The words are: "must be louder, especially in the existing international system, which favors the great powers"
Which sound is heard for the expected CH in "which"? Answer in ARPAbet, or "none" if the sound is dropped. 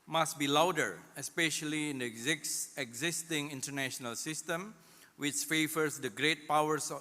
CH